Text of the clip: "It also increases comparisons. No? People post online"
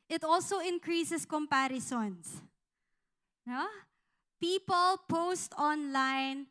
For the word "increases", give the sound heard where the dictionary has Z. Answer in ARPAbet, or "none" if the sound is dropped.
S